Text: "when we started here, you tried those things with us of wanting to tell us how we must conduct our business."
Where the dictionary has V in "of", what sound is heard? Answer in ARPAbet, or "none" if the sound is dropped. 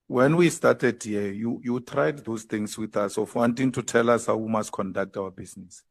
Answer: F